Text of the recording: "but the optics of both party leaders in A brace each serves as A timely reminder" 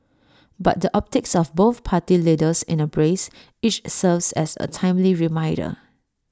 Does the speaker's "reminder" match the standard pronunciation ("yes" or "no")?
no